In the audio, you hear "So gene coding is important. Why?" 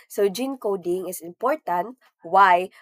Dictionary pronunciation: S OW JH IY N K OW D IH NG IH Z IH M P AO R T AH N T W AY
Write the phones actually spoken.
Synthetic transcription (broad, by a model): S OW JH IY N K OW D IH NG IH S IH M P AO R T AH N T W AY